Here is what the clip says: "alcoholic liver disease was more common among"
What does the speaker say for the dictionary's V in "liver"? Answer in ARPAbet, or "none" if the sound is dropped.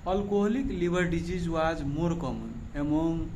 B